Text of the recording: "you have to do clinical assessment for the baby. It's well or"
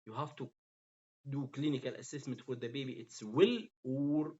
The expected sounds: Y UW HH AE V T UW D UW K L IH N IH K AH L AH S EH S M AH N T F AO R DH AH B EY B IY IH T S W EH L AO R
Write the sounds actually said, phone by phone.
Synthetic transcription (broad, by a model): Y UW HH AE F T UW D UW K L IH N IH K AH L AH S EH S M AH N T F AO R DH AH B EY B IY IH T S W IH L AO R